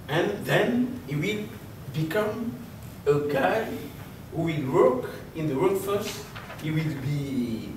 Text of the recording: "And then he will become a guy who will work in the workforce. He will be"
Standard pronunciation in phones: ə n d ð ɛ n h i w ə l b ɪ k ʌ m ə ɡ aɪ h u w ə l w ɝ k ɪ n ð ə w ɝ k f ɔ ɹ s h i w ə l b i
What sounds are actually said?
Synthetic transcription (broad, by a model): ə n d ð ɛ n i w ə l b ɪ k ʌ m ə ɡ aɪ h u w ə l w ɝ k ɪ n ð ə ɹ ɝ f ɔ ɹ s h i w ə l b i